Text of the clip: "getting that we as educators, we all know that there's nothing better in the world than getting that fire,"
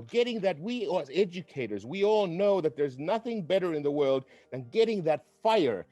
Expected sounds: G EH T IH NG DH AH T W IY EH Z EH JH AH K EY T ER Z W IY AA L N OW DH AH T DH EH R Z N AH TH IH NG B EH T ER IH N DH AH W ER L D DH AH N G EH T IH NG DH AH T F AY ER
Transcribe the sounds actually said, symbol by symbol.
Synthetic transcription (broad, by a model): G EH T IH NG DH AH T W IY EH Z EH JH AH K EY T ER Z W IY AA L N OW DH AH T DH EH R Z N AH TH IH NG B EH T ER IH N DH AH W ER L D DH AH N G EH T IH NG DH AH T F AY ER